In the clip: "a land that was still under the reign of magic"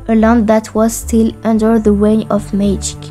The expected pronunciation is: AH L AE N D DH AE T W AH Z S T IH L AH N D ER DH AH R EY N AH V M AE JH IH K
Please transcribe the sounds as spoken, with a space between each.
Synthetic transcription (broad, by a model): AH L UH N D DH AE T W AH Z S T IH L AH N D ER DH AH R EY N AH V M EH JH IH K